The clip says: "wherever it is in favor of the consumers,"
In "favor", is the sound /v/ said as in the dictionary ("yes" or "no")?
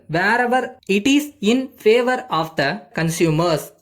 yes